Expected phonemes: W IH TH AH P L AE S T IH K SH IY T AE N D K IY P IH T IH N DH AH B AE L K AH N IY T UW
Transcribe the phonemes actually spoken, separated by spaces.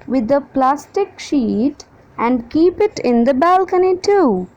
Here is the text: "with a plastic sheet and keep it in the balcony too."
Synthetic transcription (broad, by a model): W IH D AH P L AE S T IH K SH IY T AE N D K IY P IH T IH N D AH B AE L K AH N IY T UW